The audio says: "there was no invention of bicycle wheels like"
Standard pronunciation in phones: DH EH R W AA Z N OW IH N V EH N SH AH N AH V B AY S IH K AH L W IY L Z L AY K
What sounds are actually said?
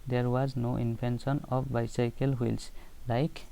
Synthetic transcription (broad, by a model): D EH R W AA Z N OW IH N P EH N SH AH N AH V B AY S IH K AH L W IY L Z L AY K